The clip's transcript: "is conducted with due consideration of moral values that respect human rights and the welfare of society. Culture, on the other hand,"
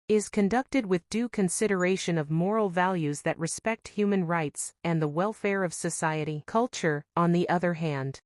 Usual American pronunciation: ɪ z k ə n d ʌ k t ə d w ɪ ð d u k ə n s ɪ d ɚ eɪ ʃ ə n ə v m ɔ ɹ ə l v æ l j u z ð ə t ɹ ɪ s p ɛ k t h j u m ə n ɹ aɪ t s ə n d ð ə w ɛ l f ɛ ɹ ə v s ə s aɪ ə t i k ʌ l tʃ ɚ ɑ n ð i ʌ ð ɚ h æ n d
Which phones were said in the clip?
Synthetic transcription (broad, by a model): ɪ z k ə n d ʌ k t ə d w ɪ ð d u k ə n s ɪ d ɚ eɪ ʃ ə n ə v m ɔ ɹ l v æ l j u z ð ə t ɹ ɪ s p ɛ k t h j u m ə n ɹ aɪ t s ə n ð ə w ɛ l f ɛ ɹ ə v s ə s aɪ ə t i k ʌ l tʃ ɚ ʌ n ð i ʌ ð ɚ h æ n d